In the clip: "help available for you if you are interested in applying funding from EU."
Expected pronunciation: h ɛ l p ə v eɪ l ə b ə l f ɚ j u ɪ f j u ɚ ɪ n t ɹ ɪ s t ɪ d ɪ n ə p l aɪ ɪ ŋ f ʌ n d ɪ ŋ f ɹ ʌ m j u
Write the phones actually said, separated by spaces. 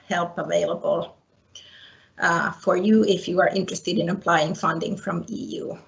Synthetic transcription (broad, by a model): h ɛ l p ə v eɪ l ə b ə l f ɚ j u ɪ f j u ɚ ɪ n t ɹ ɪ s t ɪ d ɪ n ə p l aɪ ɪ ŋ f ʌ n d ɪ ŋ f ɹ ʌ m j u